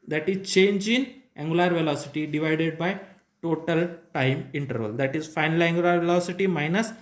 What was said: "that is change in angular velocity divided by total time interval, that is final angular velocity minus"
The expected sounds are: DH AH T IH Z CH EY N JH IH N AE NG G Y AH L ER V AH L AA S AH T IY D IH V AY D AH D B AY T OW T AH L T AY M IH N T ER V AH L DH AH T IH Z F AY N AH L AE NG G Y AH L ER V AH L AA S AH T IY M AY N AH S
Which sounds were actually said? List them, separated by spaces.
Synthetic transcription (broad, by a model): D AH T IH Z CH EY N JH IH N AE NG G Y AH L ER V AH L AA S AH T IY D IH V AY D AH D B AY T OW T AH L T AY M IH N T ER V AH L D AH T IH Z F AY N AH L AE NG G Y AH L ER V AH L AA S AH T IY M AY N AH S